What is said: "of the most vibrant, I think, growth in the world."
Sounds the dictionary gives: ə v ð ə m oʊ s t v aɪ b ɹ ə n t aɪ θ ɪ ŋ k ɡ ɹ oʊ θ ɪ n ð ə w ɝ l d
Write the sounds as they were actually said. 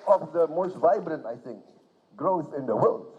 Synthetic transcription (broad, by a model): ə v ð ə m oʊ s t v aɪ b ɹ ə n t aɪ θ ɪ ŋ k ɡ ɹ oʊ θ ɪ n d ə w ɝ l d